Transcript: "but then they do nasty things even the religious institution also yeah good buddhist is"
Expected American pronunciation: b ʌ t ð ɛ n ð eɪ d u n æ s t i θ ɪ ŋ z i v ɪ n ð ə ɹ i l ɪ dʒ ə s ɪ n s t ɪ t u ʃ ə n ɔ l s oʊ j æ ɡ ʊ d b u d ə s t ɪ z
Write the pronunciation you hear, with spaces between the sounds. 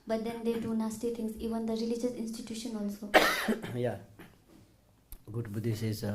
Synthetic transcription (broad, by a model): b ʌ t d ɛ n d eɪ d u n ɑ s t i t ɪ ŋ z i v ɪ n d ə ɹ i l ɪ dʒ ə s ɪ n s t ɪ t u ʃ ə n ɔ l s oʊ j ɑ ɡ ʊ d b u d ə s ɪ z